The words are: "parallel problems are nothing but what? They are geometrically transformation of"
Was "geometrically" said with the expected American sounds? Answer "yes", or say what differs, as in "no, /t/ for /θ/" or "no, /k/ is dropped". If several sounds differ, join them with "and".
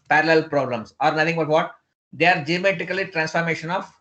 no, /ɹ/ is dropped